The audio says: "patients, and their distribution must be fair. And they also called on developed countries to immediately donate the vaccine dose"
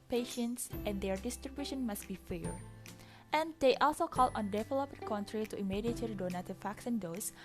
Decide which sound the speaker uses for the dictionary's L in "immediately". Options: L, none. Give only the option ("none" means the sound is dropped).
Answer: none